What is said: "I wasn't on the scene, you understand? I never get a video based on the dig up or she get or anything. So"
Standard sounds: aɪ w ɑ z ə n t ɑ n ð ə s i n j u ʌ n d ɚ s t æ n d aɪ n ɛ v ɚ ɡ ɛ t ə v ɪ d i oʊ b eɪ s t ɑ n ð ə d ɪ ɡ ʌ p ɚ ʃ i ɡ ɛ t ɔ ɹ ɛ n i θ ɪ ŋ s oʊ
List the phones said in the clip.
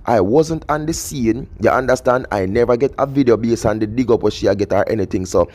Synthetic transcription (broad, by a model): aɪ w ɑ z ə n t ɑ n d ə s i n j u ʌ n d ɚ s t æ n d aɪ n ɛ v ɚ ɡ ɛ t ə v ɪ d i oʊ b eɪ s ɑ n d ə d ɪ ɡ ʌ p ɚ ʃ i ɡ ɛ t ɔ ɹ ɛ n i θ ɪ ŋ s oʊ